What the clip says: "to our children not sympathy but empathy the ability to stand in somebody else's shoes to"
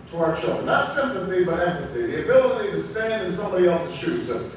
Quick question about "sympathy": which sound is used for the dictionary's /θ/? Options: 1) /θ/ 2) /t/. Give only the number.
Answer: 1